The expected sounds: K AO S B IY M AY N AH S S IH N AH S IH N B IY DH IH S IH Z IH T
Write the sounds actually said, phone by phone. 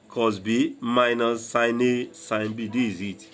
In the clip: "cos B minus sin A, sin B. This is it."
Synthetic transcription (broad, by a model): K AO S B IY M AY N AH S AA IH N AH S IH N B IY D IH IH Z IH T